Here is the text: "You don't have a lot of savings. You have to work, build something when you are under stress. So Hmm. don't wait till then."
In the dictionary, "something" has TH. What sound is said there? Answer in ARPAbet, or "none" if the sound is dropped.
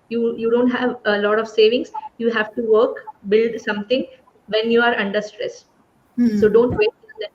T